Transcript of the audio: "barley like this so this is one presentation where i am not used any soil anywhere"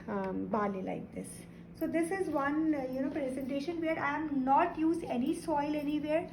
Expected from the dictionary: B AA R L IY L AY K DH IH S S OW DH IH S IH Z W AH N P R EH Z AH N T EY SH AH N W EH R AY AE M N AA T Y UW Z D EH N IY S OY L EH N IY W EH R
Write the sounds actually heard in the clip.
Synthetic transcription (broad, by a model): B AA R L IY L AY K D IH S S OW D IH S IH Z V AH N P R EH Z AH N T EY SH AH N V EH R AY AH M N AA T Y UW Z EH N IY S OY L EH N IY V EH R